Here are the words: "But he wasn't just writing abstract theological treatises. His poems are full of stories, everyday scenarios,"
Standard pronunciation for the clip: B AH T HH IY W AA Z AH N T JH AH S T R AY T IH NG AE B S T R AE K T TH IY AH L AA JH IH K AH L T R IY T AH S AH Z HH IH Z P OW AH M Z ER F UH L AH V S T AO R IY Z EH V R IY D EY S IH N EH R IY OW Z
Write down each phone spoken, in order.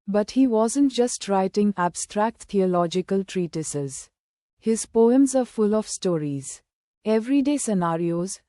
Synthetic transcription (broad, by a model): B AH T HH IY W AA Z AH N T JH AH S T R AY T IH NG AE B S T R AE K T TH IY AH L AA JH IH K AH L T R IY T AH S AH Z HH IH Z P OW AH M Z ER F UH L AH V S T AO R IY Z EH V R IY D EY S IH N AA R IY OW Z